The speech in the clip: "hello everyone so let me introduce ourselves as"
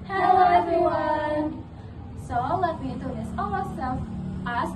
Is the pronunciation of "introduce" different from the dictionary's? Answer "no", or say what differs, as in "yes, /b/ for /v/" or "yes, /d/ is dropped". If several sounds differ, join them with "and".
yes, /ɹ/ is dropped